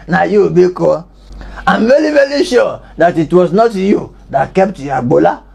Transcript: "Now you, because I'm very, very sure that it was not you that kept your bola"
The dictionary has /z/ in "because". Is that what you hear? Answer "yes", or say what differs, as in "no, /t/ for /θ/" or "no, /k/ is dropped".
no, /z/ is dropped